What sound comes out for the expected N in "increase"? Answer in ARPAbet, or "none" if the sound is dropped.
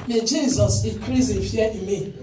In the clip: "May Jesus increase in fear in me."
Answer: none